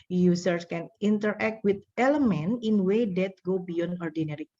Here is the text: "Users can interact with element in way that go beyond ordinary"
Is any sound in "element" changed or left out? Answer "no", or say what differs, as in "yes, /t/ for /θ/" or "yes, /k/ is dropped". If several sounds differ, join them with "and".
yes, /t/ is dropped